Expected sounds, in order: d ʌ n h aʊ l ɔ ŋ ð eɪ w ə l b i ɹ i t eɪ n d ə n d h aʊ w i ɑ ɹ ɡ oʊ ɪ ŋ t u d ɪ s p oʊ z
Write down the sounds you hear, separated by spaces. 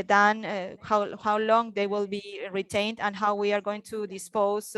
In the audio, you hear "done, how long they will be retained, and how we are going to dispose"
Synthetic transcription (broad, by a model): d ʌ n h aʊ l ɔ ŋ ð eɪ w ə l b i ɹ i t eɪ n d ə n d h aʊ w i ɑ ɹ ɡ oʊ ɪ ŋ t u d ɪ s p oʊ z